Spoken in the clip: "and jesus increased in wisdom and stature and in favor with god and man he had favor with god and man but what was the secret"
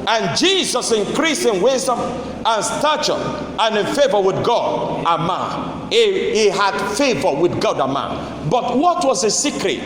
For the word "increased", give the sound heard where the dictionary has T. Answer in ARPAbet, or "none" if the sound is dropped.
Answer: none